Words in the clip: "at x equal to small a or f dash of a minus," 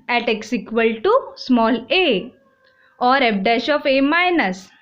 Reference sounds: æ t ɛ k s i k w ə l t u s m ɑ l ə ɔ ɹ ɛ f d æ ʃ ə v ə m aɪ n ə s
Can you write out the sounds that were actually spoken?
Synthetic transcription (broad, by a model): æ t ɛ k s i k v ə l t u s m ɑ l ə ɔ ɹ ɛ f d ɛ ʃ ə f ə m aɪ n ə s